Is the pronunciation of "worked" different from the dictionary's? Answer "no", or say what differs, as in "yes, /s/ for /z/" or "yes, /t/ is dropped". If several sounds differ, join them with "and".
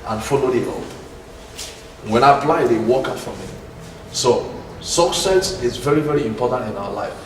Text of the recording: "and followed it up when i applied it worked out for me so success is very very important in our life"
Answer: yes, /t/ is dropped